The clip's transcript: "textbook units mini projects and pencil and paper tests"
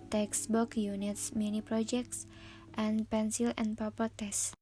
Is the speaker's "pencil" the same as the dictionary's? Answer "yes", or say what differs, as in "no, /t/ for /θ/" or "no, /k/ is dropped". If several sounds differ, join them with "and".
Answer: yes